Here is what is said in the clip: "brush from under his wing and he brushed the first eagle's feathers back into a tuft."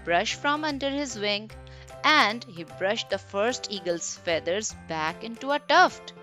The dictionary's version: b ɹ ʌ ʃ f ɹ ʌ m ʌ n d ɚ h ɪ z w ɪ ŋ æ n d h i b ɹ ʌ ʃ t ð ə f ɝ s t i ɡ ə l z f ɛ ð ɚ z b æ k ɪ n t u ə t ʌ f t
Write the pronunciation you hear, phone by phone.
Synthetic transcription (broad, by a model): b ɹ ʌ ʃ f ɹ ʌ m ʌ n d ɚ h ɪ z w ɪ ŋ æ n d h i b ɹ ʌ ʃ t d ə f ɝ s t i ɡ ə l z f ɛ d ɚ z b æ k ɪ n t u ə t ʌ f t